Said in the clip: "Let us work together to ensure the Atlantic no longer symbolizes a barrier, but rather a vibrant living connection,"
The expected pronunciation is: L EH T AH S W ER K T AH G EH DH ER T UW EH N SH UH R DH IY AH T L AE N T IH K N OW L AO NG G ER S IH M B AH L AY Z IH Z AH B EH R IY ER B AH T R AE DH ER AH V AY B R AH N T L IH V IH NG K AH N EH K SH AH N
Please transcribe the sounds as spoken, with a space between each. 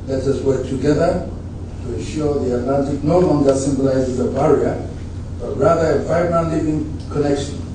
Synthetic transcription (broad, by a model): L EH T AH S W ER K T AH G EH DH ER T UW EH N SH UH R DH IY AH T L AE N T IH K N OW L AO NG G ER S IH M B AH L AY Z IH Z AH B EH R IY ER B AH T R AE DH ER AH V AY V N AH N L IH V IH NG K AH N EH K SH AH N